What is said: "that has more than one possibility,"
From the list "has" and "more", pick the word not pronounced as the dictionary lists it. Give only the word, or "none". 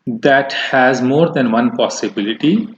none